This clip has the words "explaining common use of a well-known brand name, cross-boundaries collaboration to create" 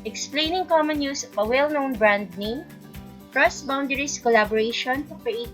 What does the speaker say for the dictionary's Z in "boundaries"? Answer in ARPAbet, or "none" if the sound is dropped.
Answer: S